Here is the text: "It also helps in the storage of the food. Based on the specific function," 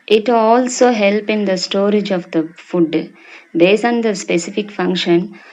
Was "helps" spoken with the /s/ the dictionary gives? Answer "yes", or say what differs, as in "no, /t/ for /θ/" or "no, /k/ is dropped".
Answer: no, /s/ is dropped